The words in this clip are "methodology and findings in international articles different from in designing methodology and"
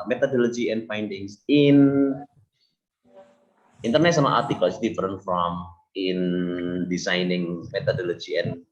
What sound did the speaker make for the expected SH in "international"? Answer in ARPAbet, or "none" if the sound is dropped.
S